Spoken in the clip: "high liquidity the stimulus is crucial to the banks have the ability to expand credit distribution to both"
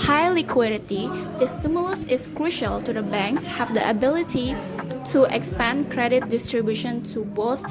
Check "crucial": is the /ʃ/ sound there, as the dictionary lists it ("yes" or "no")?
yes